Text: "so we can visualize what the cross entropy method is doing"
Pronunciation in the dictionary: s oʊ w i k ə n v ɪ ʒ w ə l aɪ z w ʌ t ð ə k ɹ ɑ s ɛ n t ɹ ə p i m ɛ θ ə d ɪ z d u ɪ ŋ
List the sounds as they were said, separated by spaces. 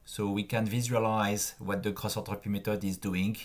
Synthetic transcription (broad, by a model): s oʊ w i k ə n v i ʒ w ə l aɪ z w ʌ t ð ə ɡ ɹ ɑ s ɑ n t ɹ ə p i m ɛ t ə d ɪ z d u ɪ ŋ